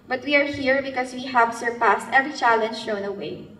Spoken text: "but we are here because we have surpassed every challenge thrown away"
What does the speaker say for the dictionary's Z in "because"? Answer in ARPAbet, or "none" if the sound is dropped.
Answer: S